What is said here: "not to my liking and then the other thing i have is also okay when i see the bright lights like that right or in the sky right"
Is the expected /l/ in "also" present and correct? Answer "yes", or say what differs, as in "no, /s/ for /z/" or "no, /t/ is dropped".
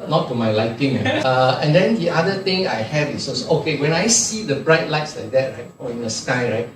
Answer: no, /l/ is dropped